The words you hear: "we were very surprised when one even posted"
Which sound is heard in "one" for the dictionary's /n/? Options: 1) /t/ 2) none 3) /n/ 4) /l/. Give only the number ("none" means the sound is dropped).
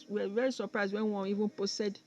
2